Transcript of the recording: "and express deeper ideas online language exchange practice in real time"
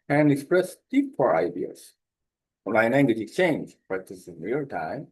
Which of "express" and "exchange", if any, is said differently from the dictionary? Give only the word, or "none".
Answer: none